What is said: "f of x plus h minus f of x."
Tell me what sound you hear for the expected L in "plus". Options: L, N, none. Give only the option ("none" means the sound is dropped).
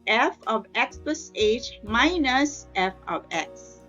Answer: none